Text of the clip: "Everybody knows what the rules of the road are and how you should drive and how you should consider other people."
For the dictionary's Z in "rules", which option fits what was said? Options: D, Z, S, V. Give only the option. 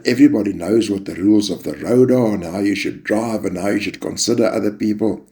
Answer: Z